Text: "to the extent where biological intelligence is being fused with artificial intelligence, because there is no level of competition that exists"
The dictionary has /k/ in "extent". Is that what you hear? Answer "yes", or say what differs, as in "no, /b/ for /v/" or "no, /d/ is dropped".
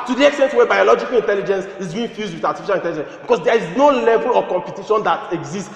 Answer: yes